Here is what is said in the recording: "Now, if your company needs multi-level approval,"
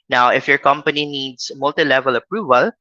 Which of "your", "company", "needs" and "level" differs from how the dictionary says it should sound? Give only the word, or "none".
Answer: needs